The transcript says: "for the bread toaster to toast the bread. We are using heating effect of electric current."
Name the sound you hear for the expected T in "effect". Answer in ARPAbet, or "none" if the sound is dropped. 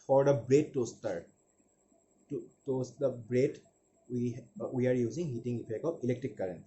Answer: none